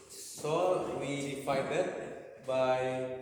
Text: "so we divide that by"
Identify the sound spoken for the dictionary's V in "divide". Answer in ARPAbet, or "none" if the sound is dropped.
F